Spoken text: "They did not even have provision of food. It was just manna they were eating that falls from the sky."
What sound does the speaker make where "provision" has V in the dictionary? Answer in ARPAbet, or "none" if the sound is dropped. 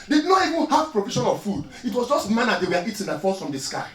F